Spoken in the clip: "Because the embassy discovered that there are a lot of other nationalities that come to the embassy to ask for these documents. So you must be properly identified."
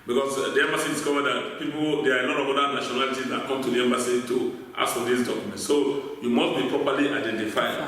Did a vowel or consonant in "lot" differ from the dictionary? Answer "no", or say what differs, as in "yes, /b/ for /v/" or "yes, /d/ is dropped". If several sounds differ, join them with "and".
yes, /n/ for /l/